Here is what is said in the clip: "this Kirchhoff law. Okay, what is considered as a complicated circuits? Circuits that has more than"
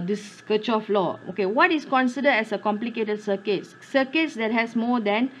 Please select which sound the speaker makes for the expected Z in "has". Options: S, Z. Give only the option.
S